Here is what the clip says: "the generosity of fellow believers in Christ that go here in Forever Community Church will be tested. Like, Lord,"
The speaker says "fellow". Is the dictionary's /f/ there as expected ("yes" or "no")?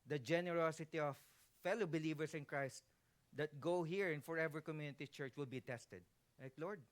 yes